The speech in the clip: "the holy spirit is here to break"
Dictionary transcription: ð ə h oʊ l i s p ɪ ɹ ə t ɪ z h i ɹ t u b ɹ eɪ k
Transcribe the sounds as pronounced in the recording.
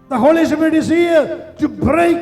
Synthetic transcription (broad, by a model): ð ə h oʊ l i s ɪ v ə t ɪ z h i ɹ t u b ɹ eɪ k